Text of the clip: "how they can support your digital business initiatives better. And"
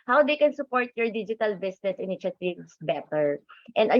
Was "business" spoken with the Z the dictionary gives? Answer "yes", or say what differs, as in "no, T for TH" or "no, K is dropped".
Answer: no, S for Z